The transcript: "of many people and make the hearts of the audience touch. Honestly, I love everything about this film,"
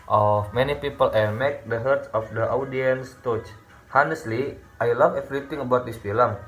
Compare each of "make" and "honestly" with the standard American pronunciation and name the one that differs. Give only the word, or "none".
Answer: none